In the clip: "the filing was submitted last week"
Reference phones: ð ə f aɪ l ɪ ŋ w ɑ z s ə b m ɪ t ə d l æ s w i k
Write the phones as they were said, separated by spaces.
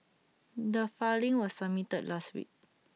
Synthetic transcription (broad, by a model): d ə f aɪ l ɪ ŋ w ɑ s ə m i t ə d l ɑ s w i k